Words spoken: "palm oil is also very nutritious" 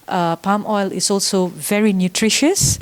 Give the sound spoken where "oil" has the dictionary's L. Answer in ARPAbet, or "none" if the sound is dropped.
L